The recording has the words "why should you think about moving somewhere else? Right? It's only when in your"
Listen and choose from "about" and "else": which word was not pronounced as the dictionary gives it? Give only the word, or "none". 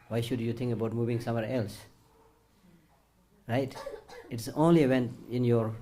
none